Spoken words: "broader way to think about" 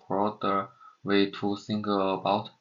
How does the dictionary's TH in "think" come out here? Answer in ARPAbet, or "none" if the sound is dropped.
S